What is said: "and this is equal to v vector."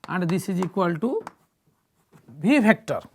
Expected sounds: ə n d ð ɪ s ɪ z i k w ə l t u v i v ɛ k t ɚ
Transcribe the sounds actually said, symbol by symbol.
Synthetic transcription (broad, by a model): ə n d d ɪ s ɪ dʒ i k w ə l t u b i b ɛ k t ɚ